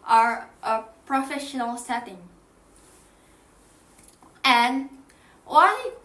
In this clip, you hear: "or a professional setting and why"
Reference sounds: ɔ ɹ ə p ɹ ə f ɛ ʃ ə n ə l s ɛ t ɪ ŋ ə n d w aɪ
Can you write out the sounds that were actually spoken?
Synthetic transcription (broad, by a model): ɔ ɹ ə p ɹ ə f ɛ ʃ ə n ə l s ɛ t ɪ ŋ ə n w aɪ